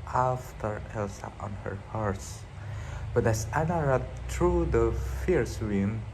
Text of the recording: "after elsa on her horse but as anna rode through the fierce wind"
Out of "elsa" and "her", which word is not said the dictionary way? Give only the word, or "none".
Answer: none